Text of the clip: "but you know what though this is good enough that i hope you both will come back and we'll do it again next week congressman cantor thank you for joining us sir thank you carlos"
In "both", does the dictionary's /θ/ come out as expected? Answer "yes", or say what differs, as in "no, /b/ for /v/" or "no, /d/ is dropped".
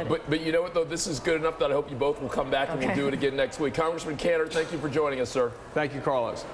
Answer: yes